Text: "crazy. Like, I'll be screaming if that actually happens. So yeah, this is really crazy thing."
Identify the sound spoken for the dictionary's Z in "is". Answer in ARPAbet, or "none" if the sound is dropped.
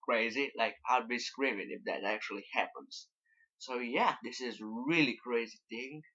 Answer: Z